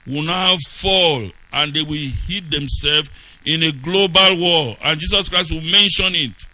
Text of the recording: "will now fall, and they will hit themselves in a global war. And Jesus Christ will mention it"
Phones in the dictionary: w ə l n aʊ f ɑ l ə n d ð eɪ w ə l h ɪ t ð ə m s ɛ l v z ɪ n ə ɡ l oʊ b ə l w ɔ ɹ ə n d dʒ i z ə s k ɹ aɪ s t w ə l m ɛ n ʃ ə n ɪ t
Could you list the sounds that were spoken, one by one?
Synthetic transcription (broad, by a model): w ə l n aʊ f ɑ l ə n d eɪ w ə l h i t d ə m s ɛ l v ɪ n ə ɡ l oʊ b ə l w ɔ l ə n dʒ i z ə s k ɹ aɪ s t w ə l m ɛ n ʃ ə n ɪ t